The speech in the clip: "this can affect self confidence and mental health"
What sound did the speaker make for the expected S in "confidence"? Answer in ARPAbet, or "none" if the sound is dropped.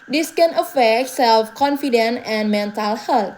none